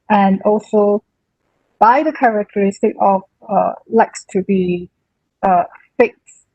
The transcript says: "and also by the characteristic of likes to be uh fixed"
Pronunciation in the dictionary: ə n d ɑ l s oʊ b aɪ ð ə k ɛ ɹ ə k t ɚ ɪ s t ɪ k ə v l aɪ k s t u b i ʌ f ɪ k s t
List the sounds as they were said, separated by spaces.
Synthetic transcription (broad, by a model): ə n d ɑ l s oʊ b aɪ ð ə k ɛ ɹ ə k t ɚ ɪ s t ɪ k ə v l aɪ k s t u b i ʌ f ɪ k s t